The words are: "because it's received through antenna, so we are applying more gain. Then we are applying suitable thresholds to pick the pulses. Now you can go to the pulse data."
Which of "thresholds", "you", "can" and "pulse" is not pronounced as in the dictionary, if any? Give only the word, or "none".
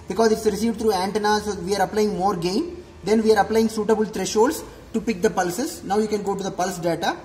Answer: thresholds